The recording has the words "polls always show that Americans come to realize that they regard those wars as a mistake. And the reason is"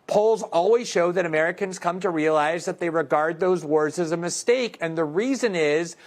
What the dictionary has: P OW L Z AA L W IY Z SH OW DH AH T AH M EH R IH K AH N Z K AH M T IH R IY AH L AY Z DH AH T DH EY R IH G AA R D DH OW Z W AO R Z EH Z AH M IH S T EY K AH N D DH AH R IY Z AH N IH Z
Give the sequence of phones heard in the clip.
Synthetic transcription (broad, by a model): P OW L Z AA L W IY Z SH OW DH AH T AH M EH R IH K AH N Z K AH M T IH R IY AH L AY Z DH AH T DH EY R IH G AA R D DH OW Z W AO R Z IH Z AH M IH S T EY K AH N DH AH R IY Z AH N IH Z